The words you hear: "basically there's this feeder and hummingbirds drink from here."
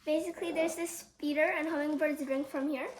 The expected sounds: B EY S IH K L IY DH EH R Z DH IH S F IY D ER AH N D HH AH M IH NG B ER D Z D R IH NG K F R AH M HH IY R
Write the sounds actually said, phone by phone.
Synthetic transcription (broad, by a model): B EY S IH K L IY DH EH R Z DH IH S P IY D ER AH N HH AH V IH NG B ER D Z D R IH NG K F R AH M HH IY R